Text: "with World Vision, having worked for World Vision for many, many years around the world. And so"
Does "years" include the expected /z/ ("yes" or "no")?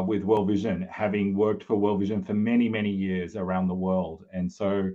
yes